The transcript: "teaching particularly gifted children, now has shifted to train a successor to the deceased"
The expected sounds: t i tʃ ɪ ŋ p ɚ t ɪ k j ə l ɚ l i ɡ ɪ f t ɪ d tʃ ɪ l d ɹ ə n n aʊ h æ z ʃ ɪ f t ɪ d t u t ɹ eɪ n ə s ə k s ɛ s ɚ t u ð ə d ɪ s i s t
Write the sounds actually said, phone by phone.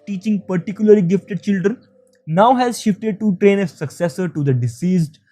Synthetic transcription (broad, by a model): t i tʃ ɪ ŋ p ɚ t ɪ k j ə l ɚ l i ɡ ɪ f t ɪ d tʃ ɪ l d ɹ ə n n aʊ h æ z ʃ ɪ f t ɪ d t u t ɹ eɪ n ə s ə k s ɛ s ɚ t u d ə d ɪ s i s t